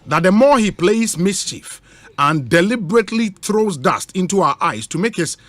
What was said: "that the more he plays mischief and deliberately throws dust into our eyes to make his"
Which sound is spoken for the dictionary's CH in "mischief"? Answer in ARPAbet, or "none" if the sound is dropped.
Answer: CH